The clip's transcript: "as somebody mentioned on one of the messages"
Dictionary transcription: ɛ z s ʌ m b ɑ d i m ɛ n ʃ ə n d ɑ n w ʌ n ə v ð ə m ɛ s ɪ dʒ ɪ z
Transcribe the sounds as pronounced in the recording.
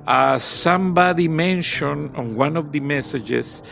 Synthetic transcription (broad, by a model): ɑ s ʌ m b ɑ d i m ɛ n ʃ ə n ɑ n w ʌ n ə v ð ə m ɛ s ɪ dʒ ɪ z